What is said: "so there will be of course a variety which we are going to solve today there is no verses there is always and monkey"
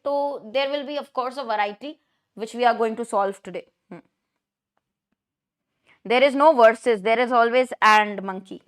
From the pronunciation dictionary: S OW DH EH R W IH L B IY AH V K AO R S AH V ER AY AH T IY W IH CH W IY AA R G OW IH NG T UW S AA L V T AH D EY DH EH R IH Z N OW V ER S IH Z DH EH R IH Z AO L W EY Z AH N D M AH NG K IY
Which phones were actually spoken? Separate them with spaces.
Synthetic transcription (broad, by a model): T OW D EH R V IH L B IY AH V K AO R S AH V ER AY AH T IY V IH CH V IY AA R G OW IH NG T UW S AA L V T AH D EY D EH R IH Z N OW V ER S IH Z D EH R IH Z AO L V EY Z AH N D M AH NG K IY